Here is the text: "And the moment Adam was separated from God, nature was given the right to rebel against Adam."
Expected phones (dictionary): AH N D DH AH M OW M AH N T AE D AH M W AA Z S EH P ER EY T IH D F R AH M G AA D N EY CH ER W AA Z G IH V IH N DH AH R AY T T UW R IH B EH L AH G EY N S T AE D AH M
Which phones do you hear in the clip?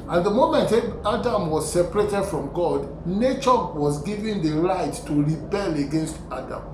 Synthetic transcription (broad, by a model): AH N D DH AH M OW M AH N T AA D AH M W AA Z S EH P ER EY T IH D F R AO M G AA D N EY CH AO W AA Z G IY V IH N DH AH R AY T T UW R IH B EH L AH G EY N S T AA D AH M